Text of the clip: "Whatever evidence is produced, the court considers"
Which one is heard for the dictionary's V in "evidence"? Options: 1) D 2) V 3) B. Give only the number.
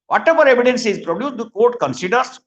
2